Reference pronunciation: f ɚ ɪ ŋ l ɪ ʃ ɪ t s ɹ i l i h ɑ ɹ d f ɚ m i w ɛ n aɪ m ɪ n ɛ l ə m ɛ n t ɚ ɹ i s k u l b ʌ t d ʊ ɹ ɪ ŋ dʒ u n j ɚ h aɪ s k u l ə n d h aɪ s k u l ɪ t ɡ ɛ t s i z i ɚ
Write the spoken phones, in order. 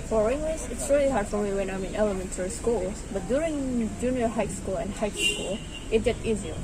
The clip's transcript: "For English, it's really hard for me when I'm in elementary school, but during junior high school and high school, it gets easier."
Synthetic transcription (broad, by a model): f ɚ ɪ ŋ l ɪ s ɪ t s ɹ i l i h ɑ ɹ d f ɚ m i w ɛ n aɪ m ɪ n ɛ l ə m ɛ n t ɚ ɹ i s k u l b ʌ t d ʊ ɹ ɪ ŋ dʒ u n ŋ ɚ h aɪ s k u l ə n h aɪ s k u l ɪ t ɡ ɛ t i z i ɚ